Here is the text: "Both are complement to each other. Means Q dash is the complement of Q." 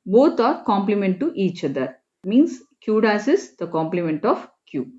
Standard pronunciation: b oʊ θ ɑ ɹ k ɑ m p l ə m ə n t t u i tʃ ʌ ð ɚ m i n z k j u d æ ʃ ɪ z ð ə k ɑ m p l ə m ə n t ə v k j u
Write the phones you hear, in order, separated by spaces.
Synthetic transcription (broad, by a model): b oʊ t ɑ ɹ k ɑ m p l ə m ə n t t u i tʃ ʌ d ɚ m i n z k j u d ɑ s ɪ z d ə k ɑ m p l ə m ə n t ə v k j u